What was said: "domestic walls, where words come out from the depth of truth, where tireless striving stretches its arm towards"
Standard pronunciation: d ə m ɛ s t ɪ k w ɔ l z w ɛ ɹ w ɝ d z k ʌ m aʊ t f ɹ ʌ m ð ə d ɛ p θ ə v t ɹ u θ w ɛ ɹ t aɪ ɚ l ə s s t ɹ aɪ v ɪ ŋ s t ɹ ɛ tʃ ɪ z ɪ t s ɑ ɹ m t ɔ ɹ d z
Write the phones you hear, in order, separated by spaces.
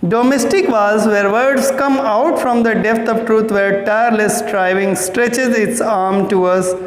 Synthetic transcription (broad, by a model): d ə m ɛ s t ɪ k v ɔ z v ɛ ɹ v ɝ d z k ʌ m aʊ t f ɹ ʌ m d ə d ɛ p t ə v t ɹ u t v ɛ ɹ t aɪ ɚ l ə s s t ɹ aɪ v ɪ ŋ s t ɹ ɛ tʃ ɪ z ɪ t s ɑ ɹ m t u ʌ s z